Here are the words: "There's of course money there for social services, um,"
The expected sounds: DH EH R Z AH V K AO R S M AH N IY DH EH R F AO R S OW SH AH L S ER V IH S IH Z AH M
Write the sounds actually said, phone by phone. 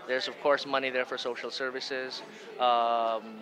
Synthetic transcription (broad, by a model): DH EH R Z AH V K AO R S M AH N IY DH EH R F AO R S OW SH AH L S ER V IH S IH Z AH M